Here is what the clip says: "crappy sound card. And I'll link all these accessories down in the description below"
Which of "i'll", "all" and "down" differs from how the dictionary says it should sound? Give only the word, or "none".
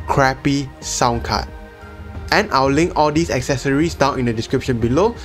i'll